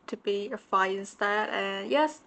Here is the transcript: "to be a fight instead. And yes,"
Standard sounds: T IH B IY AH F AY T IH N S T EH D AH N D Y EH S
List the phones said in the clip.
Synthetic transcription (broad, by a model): T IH B IY AH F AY IH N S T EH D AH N Y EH S